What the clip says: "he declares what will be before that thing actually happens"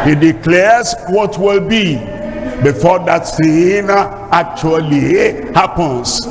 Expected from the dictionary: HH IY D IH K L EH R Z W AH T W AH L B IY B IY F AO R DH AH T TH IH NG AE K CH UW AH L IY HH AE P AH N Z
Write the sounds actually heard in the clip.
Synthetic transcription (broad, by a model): HH IY D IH K L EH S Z W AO T W AH L B IY B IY F AO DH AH T S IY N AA K CH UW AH L IY HH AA P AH N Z